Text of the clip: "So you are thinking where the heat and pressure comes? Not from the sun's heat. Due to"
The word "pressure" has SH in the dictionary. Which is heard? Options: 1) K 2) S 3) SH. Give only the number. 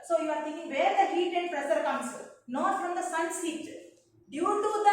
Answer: 2